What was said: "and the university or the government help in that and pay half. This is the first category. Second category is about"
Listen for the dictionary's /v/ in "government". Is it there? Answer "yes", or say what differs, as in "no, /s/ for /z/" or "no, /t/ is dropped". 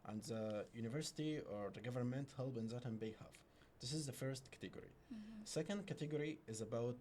yes